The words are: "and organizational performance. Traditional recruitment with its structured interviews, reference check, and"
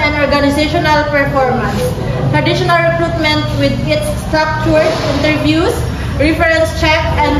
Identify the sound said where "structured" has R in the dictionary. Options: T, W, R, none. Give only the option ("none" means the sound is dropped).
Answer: none